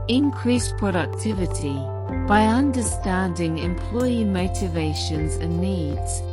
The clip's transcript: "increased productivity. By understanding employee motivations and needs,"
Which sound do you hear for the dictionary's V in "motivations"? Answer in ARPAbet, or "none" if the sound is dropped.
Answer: V